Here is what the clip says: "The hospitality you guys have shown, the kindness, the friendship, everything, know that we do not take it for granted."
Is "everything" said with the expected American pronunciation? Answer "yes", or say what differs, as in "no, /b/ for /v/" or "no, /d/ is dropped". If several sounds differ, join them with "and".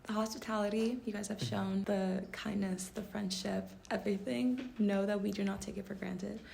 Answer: yes